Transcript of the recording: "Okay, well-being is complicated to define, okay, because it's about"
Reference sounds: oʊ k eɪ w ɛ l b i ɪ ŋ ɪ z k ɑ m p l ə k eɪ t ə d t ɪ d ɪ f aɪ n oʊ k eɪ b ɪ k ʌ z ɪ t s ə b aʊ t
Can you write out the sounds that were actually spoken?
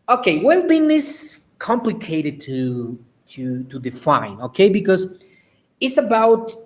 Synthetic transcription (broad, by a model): oʊ k eɪ w ɛ l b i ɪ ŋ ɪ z k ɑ m p l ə k eɪ t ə d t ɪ d ɪ f aɪ n oʊ k eɪ b ɪ k ʌ z ɪ t s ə b aʊ t